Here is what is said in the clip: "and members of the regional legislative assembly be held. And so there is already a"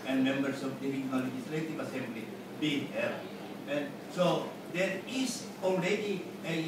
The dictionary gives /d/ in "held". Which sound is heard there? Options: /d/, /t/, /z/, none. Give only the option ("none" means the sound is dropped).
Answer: none